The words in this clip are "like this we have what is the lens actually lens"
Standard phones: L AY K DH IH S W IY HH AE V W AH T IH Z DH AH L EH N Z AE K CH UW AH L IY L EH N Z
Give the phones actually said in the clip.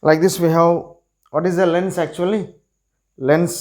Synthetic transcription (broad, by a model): L AY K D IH S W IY HH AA W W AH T IH Z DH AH L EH N S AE K CH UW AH L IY L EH N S